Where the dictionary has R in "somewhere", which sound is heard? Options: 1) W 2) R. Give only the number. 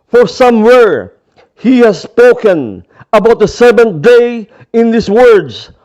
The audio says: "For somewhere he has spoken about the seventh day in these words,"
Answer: 2